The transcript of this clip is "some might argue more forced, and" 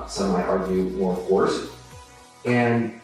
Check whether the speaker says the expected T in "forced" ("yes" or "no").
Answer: no